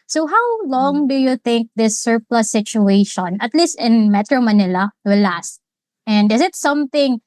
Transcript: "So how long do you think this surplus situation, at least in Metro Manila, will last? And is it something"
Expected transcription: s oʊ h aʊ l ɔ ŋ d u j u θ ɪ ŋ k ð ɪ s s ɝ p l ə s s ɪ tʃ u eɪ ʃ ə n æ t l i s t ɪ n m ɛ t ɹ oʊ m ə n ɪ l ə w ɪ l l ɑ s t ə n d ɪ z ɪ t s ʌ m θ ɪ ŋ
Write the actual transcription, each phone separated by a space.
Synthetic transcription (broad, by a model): s oʊ h aʊ l ɔ ŋ d u j u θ ɪ ŋ k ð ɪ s s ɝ p l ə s s ɪ tʃ u eɪ ʃ ə n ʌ t l i s t ɪ n m ɛ t ɹ oʊ m ə n ɪ l ə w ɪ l l ɑ s t ə n d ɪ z ɪ t s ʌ m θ ɪ ŋ